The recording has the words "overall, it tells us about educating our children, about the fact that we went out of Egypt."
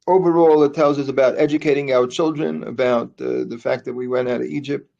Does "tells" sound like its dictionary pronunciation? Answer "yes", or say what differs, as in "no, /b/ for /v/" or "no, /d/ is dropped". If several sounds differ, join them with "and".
yes